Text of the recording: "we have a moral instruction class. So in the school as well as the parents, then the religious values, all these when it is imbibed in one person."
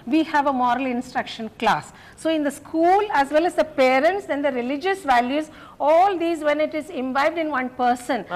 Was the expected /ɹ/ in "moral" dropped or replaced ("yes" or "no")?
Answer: no